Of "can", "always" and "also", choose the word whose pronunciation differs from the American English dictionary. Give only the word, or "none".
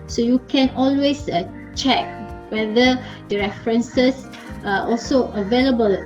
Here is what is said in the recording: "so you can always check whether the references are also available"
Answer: always